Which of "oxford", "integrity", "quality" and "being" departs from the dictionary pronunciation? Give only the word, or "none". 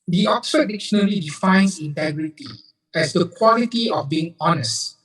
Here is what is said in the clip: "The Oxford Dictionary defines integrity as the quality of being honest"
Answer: oxford